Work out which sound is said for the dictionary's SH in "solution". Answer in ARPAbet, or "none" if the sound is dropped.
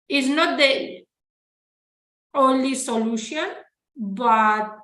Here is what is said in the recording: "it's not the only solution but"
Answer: SH